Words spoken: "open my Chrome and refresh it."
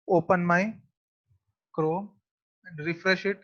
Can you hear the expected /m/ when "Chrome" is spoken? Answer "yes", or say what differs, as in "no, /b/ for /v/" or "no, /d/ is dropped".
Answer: no, /m/ is dropped